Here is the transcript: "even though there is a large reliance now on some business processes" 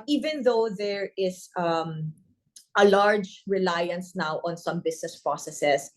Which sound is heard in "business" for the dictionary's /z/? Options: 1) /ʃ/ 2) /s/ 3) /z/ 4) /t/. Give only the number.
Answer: 2